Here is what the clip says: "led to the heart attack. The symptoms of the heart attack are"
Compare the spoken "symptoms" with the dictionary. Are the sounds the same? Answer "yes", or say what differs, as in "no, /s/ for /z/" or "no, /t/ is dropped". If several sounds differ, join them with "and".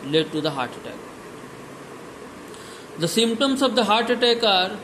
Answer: no, /s/ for /z/